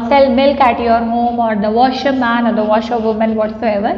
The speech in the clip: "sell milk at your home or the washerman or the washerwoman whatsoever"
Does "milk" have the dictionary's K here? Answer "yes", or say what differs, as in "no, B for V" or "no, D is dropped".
yes